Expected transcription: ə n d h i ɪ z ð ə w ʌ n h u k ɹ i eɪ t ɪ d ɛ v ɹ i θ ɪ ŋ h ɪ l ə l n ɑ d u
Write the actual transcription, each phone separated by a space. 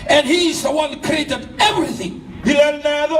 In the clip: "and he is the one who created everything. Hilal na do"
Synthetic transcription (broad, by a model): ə n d h i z ð ə w ʌ n k ɹ i eɪ t ɪ d ɛ v ɹ i θ ɪ ŋ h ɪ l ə n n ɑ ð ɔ